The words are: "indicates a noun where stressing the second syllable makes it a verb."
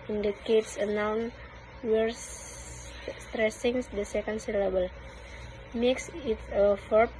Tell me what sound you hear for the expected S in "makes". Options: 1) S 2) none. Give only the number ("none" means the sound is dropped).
1